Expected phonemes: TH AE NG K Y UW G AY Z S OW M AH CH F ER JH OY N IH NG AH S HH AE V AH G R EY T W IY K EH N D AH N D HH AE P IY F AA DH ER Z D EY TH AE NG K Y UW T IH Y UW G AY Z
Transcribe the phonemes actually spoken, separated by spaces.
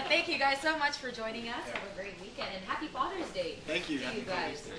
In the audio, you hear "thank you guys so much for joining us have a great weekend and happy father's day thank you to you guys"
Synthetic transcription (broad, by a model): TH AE NG K Y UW G AY Z S OW M AH CH F ER JH OY N IH NG AH S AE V AH G R EY T W IY K EH N D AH N HH AE P IY F AA DH ER Z D EY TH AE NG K Y UW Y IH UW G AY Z